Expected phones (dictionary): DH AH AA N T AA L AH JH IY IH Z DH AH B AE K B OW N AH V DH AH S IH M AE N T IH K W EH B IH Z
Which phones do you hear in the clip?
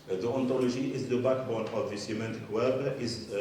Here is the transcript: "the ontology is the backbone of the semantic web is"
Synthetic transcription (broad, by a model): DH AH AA N T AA L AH ZH IY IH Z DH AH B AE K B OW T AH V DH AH S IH M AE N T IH K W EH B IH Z